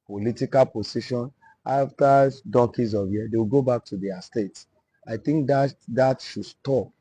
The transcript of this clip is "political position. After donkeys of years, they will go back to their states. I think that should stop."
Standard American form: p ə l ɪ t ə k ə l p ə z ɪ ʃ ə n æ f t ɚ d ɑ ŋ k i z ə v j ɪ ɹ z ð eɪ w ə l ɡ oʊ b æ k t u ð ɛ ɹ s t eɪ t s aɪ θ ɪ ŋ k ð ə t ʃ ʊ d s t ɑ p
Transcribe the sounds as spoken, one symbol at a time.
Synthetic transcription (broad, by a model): p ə l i t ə k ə l p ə s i ʃ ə n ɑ f t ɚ d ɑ k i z ə v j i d eɪ w ə l ɡ oʊ b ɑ k t u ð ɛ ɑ s t eɪ t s aɪ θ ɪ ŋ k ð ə t ʃ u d s t ɑ p